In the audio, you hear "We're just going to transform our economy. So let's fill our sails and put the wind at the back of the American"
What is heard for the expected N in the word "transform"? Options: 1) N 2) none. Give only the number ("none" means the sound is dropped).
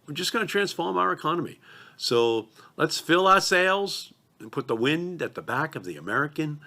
1